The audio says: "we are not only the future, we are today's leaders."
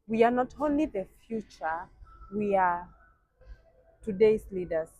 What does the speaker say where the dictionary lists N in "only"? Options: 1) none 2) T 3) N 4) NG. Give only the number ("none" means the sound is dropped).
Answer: 3